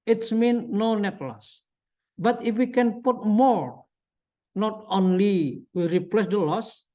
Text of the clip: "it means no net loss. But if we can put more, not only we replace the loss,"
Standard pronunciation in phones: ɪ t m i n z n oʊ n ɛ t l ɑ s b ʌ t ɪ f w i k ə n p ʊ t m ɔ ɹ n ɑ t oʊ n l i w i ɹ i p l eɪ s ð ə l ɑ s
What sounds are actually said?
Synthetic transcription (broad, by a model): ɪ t m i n n oʊ n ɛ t l ɑ s b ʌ t ɪ f w i k ə n p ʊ t m ɔ ɹ n ɑ t oʊ n l i w i ɹ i p l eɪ s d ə l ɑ s